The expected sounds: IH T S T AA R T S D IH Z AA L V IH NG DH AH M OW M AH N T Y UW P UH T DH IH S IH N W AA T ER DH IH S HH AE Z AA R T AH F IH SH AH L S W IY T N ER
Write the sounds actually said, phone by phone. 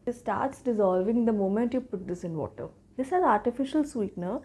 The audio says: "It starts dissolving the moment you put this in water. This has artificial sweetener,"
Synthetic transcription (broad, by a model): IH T S T AA R T S D IH Z AA L V IH NG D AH M OW M AH N T Y UW P UH T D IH S IH N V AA T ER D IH S HH AE Z AA R T AH F IH SH AH L S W IY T N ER